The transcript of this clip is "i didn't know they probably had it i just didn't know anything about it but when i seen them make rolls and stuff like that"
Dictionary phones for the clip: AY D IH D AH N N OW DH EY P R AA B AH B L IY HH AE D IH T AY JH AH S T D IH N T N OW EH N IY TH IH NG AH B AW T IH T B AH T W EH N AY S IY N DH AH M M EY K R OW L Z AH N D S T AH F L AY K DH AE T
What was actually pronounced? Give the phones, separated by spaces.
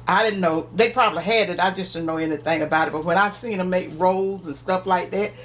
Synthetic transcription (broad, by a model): AY D IH D N N OW DH EY P R AA B AH B L IY HH AE D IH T AY JH AH S T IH N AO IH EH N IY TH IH NG AH B AW T IH T B AH T W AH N AY S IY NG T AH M M EY K R OW L Z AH N S T AH F L AY K DH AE T